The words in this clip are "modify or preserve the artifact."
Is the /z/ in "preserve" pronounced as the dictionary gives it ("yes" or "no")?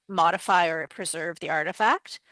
yes